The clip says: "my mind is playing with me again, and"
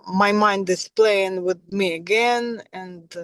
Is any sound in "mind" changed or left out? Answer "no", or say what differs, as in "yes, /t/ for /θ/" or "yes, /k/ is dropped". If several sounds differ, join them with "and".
no